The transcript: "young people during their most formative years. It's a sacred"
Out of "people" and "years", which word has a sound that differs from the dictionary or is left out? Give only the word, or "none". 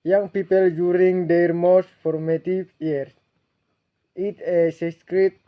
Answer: years